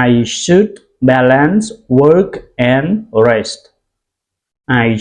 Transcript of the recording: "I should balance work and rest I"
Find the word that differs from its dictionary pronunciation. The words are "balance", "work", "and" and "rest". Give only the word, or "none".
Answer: none